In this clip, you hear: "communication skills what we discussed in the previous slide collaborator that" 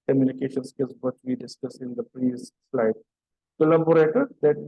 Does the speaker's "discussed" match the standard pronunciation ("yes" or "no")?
no